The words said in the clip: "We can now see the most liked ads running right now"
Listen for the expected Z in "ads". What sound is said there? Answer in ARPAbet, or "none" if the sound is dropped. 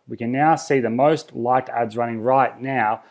Z